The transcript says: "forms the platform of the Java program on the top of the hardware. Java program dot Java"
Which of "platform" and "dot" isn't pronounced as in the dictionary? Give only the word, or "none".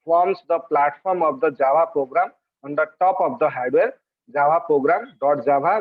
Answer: platform